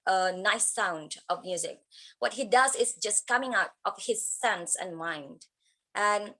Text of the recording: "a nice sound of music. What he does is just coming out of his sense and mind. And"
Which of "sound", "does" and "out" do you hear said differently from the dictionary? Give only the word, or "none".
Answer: none